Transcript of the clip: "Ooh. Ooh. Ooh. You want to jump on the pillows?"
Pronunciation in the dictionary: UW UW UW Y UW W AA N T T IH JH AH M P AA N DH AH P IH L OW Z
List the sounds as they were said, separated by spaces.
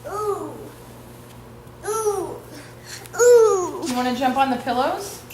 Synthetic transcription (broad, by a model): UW UW UW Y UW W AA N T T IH JH AH M P N DH AH P IH L OW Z